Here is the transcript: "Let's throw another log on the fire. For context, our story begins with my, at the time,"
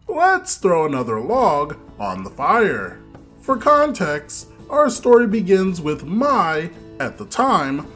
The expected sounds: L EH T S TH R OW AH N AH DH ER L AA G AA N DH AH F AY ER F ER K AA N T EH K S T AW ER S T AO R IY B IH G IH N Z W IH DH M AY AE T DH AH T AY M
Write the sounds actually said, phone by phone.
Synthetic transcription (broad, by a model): L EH T S TH R OW AH N AH DH ER L AA G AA N DH AH F AY ER F ER K AA N T EH K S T AW ER S T AO R IY B IH G IH N Z W IH DH M AY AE T DH AH T AY M